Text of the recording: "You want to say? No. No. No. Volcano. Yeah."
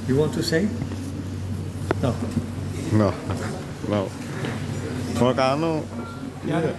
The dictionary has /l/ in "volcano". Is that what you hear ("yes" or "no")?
no